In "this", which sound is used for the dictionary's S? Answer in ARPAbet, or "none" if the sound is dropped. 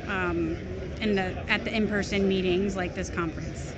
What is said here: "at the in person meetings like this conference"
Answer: S